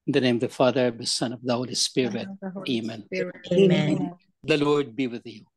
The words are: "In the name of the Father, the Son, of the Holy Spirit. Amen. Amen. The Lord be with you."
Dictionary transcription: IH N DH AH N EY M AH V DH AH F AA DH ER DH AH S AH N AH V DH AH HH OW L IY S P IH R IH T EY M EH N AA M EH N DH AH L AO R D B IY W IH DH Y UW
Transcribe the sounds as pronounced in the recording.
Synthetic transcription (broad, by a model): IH N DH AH N EY M AH V DH AH F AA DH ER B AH S AH N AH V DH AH HH OW L IY S P IH R IH T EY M M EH N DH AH L AO R D B IY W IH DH Y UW